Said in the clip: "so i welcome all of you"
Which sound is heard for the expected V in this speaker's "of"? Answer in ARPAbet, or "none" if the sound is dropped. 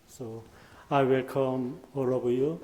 B